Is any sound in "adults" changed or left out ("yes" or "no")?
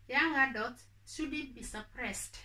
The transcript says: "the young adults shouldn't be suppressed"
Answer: yes